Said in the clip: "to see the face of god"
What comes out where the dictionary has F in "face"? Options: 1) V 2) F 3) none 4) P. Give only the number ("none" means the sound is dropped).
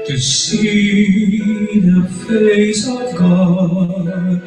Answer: 4